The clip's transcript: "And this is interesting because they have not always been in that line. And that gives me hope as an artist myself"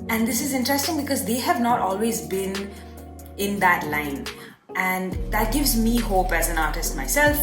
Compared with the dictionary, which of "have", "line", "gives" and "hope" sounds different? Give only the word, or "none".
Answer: none